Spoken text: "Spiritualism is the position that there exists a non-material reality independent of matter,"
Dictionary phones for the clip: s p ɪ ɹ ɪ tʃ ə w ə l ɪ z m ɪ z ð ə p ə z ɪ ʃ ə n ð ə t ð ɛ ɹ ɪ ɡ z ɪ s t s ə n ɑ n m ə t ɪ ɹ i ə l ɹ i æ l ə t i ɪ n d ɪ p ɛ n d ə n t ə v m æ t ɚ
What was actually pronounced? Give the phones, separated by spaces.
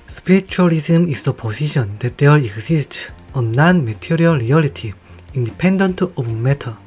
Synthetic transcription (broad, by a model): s p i ɹ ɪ tʃ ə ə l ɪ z m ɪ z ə p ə s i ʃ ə n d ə t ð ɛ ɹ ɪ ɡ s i s t ə n ɑ n m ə t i ɹ i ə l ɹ i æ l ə t i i n d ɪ p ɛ n d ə n t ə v m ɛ t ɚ